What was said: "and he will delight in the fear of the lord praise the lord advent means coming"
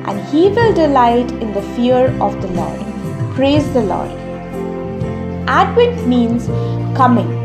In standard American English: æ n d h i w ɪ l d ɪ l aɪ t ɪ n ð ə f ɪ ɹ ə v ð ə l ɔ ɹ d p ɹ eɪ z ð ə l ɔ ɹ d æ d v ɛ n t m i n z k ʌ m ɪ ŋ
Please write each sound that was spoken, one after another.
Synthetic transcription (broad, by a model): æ n d h i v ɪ l d ɪ l aɪ t ɪ n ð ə f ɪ ɹ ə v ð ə l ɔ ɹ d p ɹ eɪ z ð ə l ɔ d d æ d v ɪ t m i n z k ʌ m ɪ ŋ